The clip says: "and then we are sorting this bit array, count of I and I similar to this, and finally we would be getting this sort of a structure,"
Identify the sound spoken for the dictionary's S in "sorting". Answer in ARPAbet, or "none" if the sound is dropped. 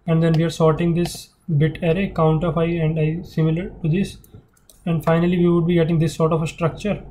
S